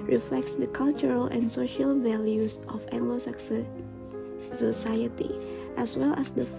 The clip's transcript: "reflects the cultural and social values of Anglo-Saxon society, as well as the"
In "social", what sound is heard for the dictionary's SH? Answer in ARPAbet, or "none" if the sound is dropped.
SH